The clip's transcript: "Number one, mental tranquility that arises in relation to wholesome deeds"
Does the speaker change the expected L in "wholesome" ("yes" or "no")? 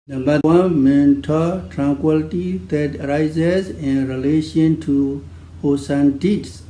yes